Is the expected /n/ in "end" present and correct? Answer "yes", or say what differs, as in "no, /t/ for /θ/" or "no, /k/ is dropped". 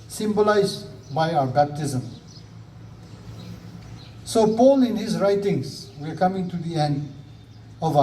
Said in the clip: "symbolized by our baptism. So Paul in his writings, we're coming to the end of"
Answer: yes